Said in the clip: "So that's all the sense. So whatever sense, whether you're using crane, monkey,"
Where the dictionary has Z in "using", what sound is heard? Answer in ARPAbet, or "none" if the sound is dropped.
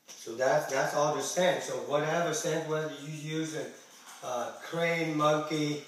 Z